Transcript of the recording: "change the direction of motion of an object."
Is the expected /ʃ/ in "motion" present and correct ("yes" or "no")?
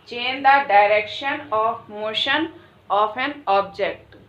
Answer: yes